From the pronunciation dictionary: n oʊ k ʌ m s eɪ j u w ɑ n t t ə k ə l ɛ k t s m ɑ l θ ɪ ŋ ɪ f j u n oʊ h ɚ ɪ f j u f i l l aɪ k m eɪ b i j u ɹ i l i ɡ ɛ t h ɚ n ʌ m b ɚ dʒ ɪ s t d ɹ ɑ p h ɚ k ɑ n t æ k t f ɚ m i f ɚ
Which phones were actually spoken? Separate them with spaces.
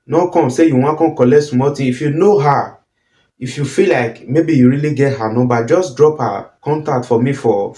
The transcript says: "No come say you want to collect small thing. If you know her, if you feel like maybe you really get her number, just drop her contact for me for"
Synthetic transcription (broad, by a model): n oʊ k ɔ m s eɪ j u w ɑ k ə k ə l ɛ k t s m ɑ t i ɪ f j u n oʊ h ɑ ɪ f j u f i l l aɪ k m eɪ b i j u ɹ i l i ɡ ɛ t h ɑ n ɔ b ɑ dʒ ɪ s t d ɹ ɑ p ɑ k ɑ n t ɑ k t f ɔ m i f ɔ